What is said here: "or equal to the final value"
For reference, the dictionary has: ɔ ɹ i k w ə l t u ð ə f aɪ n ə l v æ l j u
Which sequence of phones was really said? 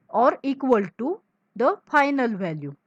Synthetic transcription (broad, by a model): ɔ ɹ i k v ə l t u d ə f aɪ n ə l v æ l j u